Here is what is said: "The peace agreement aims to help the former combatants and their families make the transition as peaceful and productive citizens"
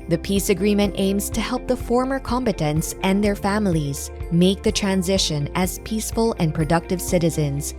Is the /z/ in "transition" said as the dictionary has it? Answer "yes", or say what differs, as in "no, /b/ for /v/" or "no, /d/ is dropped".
yes